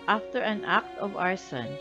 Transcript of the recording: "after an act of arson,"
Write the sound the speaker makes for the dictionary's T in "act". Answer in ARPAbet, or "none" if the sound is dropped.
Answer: T